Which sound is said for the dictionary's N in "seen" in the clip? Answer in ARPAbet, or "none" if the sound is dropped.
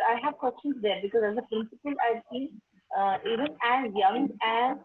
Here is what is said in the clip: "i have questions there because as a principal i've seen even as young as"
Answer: none